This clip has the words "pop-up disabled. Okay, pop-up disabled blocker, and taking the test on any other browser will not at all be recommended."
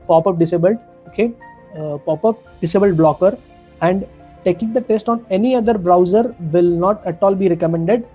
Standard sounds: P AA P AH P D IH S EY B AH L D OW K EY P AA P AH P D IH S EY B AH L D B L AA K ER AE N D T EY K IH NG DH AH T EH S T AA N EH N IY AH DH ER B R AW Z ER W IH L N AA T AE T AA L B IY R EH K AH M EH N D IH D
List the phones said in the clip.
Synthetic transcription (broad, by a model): P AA P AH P D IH S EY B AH L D OW K EY P AA P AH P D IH S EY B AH L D B L AA K ER AE N D T EY K IH NG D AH T EH S T AA N EH N IY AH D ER B R AW Z ER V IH L N AA T AE T AA L B IY R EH K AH M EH N D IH D